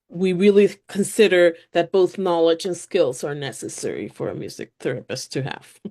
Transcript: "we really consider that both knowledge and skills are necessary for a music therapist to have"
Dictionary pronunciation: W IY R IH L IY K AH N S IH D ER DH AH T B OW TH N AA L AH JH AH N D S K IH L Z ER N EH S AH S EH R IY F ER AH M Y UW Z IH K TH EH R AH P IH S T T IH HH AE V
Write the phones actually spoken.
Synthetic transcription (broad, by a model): W IY R IH L IY K AH N S IH D ER DH AH T B OW TH N AA L AH JH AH N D S K IH L Z ER N EH S AH S EH R IY F ER AH M Y UW Z IH K TH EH R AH P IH S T T IH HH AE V